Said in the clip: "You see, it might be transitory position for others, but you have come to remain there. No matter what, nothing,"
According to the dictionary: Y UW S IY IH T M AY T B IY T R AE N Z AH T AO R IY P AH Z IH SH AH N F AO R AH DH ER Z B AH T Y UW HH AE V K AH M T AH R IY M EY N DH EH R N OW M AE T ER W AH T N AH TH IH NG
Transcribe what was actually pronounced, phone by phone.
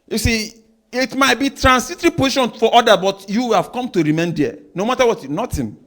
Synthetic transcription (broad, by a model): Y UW S IY IH T M AY T B IY T R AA N S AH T R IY P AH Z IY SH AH N F AO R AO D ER B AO T Y UW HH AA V K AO M T AH R IY M EY N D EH N OW M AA T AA W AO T N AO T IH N